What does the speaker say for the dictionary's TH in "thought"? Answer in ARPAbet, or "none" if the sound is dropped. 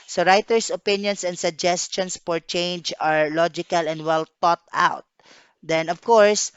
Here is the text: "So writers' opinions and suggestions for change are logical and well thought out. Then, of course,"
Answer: T